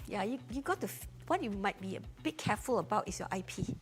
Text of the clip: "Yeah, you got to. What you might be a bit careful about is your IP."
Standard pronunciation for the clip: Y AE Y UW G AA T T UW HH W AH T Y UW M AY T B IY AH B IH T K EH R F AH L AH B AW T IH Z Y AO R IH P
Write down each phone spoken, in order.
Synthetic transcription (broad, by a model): Y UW Y UW G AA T T UW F W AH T Y UW M AY T B IY AH B IH T K EH F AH L AH B AW T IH S Y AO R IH P